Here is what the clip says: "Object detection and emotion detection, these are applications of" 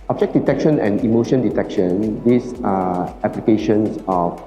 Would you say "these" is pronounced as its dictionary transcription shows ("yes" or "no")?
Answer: no